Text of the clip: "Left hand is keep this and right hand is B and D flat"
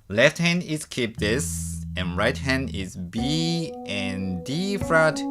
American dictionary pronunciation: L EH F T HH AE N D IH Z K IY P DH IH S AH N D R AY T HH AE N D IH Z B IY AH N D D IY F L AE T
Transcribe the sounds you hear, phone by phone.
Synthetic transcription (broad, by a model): L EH F T HH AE N D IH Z K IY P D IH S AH N R AY T HH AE N D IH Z B IY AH N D D IY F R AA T